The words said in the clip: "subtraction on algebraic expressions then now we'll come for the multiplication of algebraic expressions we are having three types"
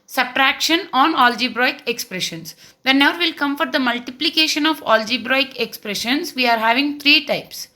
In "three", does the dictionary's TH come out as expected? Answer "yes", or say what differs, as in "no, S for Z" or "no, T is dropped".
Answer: no, T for TH